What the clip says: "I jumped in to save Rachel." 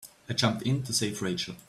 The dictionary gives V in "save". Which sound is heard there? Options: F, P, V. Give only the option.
F